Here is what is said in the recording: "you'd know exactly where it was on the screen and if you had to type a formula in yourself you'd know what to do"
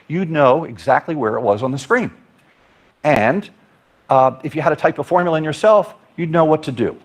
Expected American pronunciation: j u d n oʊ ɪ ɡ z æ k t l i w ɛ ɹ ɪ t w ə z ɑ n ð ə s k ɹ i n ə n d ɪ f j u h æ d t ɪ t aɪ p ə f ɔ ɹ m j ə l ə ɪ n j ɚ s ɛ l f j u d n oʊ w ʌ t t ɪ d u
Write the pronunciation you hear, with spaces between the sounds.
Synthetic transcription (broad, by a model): j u d n oʊ ɪ ɡ z æ k t l i w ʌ ɹ ɪ t w ə z n ð ə s k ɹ i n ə n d ɪ f j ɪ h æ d t ɪ t aɪ p ə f ɔ ɹ m j l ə ɪ n j ɚ s ɛ l f j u d n oʊ w ʌ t t ɪ d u